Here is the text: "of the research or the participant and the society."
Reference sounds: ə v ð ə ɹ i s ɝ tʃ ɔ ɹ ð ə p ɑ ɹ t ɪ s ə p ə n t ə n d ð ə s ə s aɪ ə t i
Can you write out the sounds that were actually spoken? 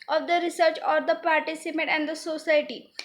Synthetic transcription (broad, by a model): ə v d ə ɹ i s ɝ tʃ ɔ ɹ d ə p ɑ ɹ t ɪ s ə p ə t ə n d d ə s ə s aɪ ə t i